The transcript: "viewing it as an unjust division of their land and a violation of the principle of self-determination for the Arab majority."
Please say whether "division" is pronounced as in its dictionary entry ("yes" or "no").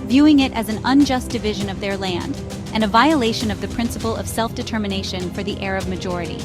yes